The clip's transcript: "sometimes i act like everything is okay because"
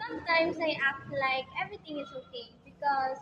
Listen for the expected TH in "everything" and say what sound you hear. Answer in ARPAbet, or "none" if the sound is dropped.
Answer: T